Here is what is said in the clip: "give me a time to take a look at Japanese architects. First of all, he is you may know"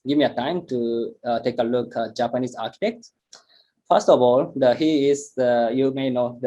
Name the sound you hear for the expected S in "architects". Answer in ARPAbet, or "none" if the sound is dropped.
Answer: none